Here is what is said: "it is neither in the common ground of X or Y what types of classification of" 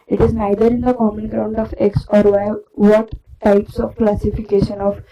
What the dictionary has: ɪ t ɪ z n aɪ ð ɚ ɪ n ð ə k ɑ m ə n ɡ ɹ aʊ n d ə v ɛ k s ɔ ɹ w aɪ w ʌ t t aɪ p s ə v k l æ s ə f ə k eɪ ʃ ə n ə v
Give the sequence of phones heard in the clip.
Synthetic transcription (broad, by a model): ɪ t ɪ z n aɪ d ɚ ɪ n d ə k ɑ m ə n ɡ ɹ aʊ n d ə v ɛ k s ɔ ɹ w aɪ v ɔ t t aɪ p s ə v k l æ s ə f ə k eɪ ʃ ə n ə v